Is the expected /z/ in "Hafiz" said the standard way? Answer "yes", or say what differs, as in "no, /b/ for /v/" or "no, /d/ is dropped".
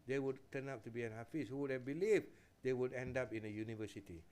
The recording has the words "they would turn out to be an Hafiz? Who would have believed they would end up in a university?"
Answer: no, /s/ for /z/